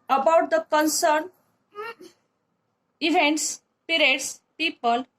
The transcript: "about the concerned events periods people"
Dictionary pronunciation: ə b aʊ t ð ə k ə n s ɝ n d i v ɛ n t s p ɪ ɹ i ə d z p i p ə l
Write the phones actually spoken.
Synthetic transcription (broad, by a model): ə b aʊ t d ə k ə n s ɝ n i v ɛ n t s p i ɹ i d s p i p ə l